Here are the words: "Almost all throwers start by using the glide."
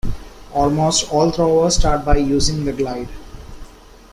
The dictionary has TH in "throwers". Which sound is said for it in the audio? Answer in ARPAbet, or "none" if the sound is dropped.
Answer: T